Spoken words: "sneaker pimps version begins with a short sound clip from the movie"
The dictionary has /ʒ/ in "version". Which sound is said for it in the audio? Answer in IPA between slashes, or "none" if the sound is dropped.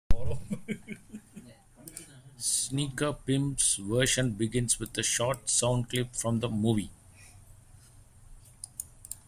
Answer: /ʃ/